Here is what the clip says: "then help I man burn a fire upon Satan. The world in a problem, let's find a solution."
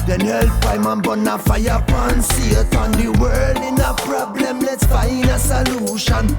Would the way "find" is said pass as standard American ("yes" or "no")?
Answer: no